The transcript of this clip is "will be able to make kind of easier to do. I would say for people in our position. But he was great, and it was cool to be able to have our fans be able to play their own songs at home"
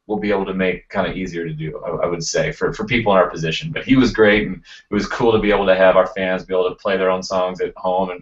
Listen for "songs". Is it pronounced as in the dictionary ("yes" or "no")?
yes